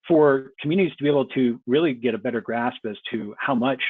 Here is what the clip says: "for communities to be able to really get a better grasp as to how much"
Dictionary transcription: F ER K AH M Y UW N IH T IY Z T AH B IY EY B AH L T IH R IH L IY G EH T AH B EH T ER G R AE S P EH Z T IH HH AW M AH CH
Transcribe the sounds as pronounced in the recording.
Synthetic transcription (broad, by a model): F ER K M Y UW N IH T IY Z T AH B IY EY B L T IH R IH L IY G EH T AH B EH T ER G R AE S P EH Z T IH HH AW M AH CH